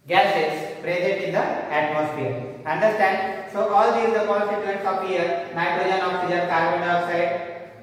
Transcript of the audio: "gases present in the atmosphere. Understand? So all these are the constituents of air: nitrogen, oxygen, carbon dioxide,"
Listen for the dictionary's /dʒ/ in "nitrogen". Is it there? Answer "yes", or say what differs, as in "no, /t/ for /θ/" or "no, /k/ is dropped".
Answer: no, /dʒ/ is dropped